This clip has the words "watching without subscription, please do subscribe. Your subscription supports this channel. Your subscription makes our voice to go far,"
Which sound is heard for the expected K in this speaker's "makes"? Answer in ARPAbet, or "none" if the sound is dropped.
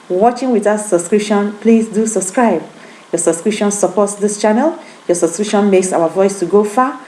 K